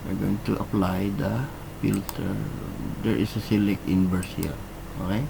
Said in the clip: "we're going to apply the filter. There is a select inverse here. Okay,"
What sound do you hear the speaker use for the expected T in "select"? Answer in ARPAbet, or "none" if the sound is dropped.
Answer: none